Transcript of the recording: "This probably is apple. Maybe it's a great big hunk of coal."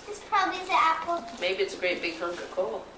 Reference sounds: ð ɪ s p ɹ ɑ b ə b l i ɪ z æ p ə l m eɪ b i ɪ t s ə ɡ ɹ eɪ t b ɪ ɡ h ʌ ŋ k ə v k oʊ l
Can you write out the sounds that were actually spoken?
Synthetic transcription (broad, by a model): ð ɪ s p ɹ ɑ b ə b l i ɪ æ p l m eɪ b i ɪ t s ə ɡ ɹ eɪ t b ɪ ɡ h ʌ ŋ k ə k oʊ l